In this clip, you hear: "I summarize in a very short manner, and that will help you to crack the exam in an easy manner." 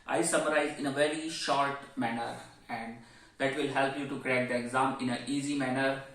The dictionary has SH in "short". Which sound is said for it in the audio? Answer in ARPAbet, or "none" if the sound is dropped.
SH